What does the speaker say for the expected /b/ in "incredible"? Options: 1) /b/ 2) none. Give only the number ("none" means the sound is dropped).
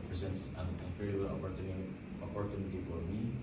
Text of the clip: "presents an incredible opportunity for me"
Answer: 2